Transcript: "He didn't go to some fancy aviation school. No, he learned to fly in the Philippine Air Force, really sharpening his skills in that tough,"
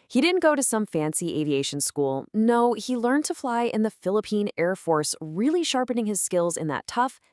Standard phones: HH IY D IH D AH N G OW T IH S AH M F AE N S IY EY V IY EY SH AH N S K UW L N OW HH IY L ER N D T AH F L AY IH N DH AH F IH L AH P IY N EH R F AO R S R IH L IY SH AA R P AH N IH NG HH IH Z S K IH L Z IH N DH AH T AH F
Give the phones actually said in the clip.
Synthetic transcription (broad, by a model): HH IY D IH D N G OW T IH S AH M F AE N S IY EY V IY EY SH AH N S K UW L N OW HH IY L ER N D T AH F L AY IH N DH AH F IH L AH P IY N EH R F AO R S R IH L IY SH AA R P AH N IH NG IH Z S K IH L Z IH N DH AH T AH F